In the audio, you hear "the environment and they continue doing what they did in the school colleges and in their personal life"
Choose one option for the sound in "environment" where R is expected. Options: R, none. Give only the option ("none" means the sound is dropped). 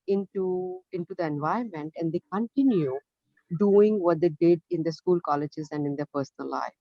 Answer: none